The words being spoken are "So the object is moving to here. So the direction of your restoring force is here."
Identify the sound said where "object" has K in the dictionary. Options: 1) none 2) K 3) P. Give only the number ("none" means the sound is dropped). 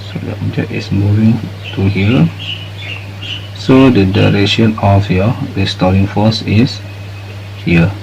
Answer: 1